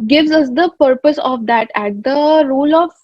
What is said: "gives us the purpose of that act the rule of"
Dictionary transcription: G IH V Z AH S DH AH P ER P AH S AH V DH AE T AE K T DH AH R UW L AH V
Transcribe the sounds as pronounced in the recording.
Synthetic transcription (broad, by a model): G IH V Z AH S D AH P ER P AH S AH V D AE T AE T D AH R UW L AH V